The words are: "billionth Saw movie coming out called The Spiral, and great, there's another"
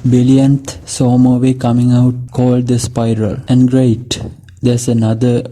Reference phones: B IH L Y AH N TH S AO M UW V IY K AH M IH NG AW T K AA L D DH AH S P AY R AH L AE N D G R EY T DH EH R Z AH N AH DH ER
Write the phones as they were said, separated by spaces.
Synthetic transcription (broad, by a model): B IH L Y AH N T S AO M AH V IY K AH M IH NG AW T K AA L D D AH S P AY R AH L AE N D G R EY T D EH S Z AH N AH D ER